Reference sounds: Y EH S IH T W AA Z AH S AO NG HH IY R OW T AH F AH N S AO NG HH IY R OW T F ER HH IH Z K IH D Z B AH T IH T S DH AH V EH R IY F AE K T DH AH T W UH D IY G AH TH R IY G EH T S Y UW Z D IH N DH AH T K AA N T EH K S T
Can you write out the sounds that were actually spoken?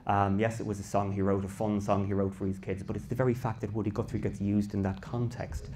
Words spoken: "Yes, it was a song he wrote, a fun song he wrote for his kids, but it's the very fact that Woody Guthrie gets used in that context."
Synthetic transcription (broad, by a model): Y EH S IH T W AA Z AH S AO NG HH IY R OW T AH F AH N S AO NG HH IY R OW T F ER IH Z K IH D Z B AH T IH T S DH AH V EH R IY F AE K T DH AH T W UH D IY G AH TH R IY G EH T S Y UW Z D IH N DH AH T K AA N T EH K S T